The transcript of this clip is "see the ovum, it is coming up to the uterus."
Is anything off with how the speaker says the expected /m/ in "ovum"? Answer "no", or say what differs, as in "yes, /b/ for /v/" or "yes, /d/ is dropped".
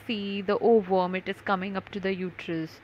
no